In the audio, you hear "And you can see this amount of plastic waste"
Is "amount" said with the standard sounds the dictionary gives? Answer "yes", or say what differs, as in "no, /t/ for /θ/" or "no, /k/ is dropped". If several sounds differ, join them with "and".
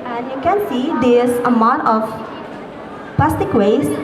no, /n/ is dropped